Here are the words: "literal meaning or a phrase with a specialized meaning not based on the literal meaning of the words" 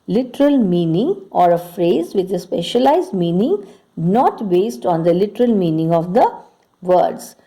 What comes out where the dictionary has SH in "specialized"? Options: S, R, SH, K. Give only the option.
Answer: SH